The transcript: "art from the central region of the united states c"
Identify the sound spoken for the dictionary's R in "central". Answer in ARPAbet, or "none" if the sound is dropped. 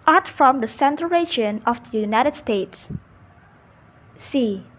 none